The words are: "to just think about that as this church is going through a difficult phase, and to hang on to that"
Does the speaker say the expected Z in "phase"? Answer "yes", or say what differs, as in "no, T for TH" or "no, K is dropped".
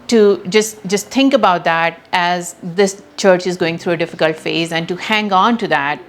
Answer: yes